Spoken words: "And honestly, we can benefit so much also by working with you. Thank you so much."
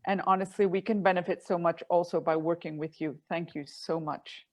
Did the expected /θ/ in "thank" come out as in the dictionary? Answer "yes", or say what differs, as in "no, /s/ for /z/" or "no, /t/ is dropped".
yes